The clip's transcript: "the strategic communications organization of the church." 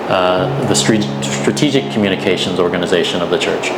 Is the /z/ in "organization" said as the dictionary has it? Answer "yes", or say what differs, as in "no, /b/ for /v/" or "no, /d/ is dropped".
yes